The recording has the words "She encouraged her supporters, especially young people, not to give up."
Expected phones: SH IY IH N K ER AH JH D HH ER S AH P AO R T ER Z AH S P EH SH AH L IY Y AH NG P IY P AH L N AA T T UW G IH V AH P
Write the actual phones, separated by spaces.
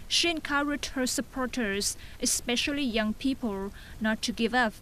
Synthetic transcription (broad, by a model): SH IY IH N K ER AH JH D HH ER S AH P AO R T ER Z AH S P EH SH AH L IY Y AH NG P IY P AH L N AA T T UW G IH V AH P